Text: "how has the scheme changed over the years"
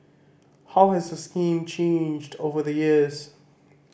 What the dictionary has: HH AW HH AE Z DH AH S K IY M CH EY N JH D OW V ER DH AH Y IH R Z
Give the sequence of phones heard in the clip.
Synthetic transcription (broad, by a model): HH AW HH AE Z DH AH S K IY M CH EY N JH D OW V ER DH AH Y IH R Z